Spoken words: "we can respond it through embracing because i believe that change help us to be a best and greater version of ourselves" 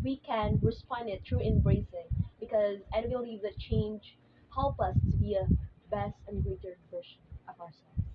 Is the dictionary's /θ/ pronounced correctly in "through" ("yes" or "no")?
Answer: no